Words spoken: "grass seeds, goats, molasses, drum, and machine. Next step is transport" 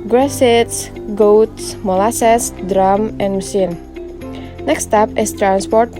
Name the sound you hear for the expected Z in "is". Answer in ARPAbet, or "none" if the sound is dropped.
S